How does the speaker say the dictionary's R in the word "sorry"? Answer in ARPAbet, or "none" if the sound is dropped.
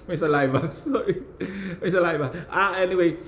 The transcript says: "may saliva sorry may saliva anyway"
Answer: none